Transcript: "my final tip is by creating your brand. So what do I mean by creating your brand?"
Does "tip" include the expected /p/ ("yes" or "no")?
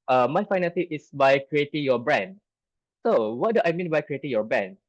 no